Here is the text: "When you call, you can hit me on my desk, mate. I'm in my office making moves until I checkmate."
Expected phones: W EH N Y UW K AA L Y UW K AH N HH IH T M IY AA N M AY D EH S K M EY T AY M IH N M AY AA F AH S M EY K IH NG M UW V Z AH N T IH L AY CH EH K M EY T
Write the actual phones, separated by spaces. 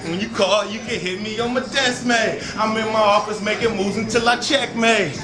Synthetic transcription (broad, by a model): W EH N Y UW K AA Y UW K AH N HH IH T M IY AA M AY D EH S M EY AY M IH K M AY AA F AH S M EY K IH M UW Z AH N T IH L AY CH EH K M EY